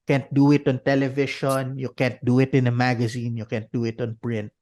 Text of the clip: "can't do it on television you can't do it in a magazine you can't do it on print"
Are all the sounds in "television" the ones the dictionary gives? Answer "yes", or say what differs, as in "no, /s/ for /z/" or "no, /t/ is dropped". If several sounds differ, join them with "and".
no, /ʃ/ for /ʒ/